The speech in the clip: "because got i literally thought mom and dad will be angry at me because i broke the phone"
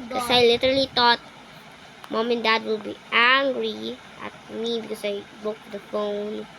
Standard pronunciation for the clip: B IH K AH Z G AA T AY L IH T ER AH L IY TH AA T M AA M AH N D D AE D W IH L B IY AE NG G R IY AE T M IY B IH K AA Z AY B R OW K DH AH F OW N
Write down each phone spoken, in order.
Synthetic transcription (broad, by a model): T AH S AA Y L IH T ER AH L IY T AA T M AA M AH N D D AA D W IH L B IY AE NG G R IY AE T M IY B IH K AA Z AY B OW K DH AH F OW N